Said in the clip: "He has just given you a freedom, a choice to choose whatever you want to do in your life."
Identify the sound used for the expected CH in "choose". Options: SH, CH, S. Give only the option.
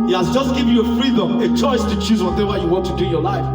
CH